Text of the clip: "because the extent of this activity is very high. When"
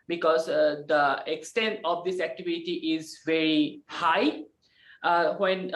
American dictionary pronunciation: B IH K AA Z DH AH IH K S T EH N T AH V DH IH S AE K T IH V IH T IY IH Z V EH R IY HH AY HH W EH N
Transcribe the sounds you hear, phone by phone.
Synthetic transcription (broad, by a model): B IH K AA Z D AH IH K S T EH N T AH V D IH S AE K T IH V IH T IY IH Z V EH R IY HH AY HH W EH N